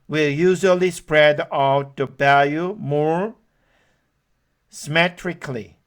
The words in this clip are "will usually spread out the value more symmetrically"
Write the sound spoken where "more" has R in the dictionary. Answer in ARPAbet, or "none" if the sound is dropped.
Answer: R